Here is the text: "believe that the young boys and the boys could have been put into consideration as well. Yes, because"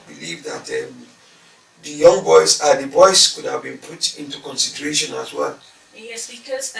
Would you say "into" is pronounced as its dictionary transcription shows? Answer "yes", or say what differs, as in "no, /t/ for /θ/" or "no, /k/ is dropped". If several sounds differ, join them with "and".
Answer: yes